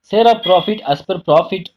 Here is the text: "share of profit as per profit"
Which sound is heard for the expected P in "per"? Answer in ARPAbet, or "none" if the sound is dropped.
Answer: P